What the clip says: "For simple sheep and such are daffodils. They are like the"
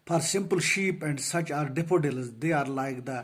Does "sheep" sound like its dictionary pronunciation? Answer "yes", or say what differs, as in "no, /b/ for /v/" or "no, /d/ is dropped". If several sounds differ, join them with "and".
yes